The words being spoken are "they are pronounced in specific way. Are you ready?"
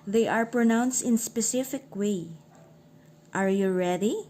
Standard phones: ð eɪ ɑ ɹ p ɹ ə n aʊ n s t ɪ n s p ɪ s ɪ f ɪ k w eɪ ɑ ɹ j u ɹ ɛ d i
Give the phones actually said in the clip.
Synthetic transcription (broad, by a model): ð eɪ ɑ ɹ p ɹ ə n aʊ n s t ɪ n s p ɪ s ɪ f ɪ k w eɪ ɑ ɹ j u ɹ ɛ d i